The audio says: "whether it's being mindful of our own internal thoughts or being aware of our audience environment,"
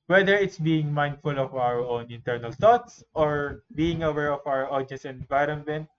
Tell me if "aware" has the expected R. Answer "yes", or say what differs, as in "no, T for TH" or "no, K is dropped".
yes